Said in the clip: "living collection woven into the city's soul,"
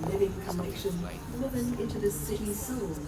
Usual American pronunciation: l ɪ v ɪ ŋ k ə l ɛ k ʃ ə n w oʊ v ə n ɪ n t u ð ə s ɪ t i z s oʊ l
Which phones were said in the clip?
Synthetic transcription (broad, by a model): l ɪ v ɪ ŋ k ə n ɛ k ʃ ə n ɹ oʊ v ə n ɪ n t u ð ə s ɪ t i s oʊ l